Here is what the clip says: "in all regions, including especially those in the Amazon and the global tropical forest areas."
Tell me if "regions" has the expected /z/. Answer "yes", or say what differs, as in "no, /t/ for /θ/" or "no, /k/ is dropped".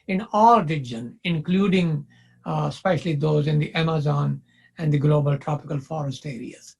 no, /z/ is dropped